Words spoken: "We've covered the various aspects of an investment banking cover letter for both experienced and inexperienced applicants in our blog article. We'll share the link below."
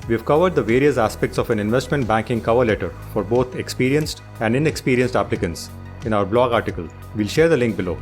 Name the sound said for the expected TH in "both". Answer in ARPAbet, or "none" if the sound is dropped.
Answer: T